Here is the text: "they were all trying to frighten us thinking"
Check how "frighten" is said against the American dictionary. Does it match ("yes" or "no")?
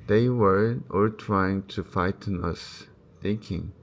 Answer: no